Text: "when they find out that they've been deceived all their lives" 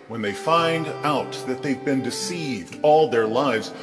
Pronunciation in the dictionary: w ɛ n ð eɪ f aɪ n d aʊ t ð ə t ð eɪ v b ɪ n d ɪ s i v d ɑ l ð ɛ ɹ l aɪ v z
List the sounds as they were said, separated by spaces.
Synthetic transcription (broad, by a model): w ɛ n ð eɪ f aɪ n d aʊ t ð ə t ð eɪ v b ɪ n d ɪ s i v d ɑ l ð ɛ ɹ l aɪ v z